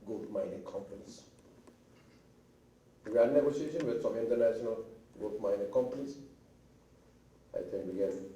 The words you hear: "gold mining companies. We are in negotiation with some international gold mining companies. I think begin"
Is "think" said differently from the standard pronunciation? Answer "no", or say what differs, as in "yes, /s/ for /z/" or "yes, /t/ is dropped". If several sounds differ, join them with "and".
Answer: yes, /t/ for /θ/